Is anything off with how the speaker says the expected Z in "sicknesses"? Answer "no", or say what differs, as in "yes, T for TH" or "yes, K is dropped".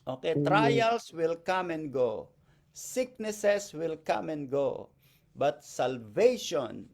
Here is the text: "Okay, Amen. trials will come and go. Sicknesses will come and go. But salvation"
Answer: yes, S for Z